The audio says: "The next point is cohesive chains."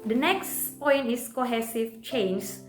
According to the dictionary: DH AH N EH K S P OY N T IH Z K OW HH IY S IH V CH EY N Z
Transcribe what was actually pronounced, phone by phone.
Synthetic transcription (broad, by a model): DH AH N EH K S P OY N T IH S K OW HH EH S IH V CH EY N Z